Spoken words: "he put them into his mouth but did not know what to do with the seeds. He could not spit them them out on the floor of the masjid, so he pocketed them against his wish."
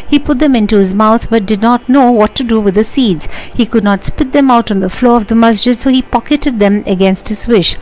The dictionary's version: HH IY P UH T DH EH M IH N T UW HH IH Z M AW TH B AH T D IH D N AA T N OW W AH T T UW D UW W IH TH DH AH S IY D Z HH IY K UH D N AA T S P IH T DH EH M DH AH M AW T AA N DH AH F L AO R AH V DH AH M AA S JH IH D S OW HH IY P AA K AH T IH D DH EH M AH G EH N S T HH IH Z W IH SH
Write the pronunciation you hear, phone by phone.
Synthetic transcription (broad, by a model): HH IY P UH T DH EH M IH N T UW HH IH Z M AW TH B AH T D IH D N AA T N OW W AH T T UW D UW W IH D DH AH S IY D Z HH IY K UH D N AA T S P IH T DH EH M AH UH T N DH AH F L AO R AH V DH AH M AA S JH IH D S OW HH IY P AA K AH T IH D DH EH M AH G EH N S T HH IH Z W IH SH